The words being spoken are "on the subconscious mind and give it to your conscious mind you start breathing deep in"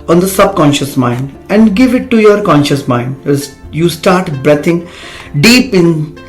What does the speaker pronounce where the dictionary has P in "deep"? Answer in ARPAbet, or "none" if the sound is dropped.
P